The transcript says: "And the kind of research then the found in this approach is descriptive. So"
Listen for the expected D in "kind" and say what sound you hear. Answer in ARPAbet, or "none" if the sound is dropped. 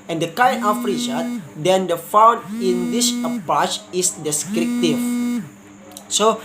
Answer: none